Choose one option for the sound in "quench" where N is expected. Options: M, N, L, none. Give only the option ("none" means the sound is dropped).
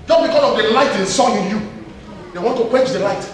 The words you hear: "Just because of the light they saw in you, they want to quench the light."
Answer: none